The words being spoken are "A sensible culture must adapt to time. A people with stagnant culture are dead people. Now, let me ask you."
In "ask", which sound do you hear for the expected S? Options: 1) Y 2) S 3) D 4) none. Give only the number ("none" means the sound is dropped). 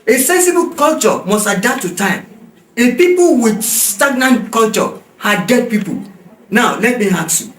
4